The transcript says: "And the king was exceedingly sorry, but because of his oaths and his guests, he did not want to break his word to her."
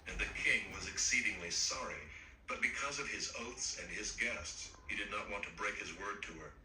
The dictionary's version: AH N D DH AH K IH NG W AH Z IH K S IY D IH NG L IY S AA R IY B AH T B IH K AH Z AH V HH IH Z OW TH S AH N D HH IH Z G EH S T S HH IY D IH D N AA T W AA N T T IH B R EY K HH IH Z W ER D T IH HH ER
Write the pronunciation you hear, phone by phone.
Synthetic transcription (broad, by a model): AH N DH AH K IH NG W AH Z IH K S IY D IH NG L IY S AA R IY B AH T B IH K AH Z AH V IH Z OW TH S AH N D IH Z G EH S T S HH IY D IH D N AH T W AA N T T IH B R EY K HH IH Z W ER D T IH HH ER